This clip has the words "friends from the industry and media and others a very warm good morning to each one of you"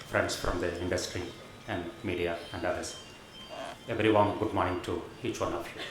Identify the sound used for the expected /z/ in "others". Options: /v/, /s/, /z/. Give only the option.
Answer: /s/